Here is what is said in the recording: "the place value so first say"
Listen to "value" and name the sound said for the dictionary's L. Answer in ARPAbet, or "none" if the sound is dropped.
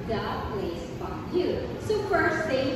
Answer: none